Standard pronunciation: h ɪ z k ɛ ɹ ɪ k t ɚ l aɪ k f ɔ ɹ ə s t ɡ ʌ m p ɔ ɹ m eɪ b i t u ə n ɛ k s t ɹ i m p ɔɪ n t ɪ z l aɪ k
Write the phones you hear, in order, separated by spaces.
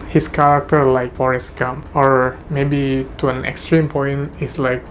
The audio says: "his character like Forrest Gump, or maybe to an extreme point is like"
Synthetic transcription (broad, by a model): h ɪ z k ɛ ɹ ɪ k t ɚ l aɪ k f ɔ ɹ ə s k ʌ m ɔ ɹ m eɪ b i t u ə n ɛ k s t ɹ i m p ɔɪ n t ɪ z l aɪ k